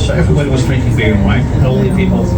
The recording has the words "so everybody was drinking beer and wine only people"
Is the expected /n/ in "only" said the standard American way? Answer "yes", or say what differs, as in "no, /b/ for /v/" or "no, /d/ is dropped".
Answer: no, /n/ is dropped